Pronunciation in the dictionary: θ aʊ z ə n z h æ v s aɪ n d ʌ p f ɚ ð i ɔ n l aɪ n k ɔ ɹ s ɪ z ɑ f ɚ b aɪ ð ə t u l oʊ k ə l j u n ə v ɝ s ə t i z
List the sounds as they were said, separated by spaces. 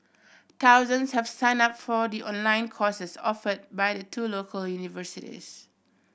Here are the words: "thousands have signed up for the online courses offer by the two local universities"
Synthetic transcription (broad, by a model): t aʊ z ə n s h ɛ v s aɪ n ɑ p f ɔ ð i ɔ n l aɪ n k ɔ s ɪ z ɑ f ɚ b aɪ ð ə t u l oʊ k ə l j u n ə v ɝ s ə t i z